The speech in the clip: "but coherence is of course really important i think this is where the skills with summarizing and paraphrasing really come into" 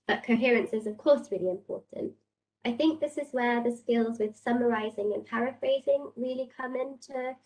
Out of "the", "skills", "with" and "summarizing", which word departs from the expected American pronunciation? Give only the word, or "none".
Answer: none